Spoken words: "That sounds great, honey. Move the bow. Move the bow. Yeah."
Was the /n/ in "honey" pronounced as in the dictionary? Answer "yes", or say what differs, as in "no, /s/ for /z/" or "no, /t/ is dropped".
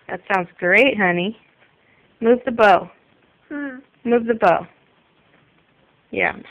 yes